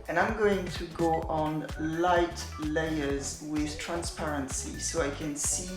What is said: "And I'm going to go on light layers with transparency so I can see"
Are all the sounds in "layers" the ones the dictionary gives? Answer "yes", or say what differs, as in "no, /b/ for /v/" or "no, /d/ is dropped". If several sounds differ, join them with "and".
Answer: yes